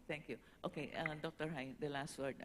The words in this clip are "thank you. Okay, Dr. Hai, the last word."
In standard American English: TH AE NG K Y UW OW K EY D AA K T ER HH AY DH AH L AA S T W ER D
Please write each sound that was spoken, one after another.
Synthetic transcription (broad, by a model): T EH NG K Y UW OW K EY D AA K T ER HH AY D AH L AA S T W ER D